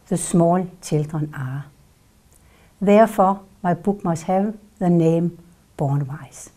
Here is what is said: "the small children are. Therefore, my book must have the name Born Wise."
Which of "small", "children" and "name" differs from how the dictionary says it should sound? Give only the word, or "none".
children